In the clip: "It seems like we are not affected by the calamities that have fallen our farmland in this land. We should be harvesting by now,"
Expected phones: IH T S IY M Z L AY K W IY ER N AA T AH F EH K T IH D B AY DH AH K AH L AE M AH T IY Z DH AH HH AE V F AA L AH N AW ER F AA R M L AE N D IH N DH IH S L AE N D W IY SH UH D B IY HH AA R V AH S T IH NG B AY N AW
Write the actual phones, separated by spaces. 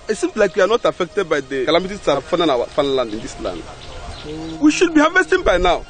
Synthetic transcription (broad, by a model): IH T S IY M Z L AY K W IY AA N AA T AH F EH K T IH D B AY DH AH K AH L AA M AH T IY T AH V F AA N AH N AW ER F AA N L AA N D IH N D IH S L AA N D W IY SH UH D B IY HH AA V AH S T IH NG B AY N AW